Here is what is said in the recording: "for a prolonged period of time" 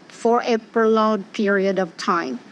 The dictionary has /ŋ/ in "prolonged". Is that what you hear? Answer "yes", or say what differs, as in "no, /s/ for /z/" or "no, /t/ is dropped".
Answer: no, /ŋ/ is dropped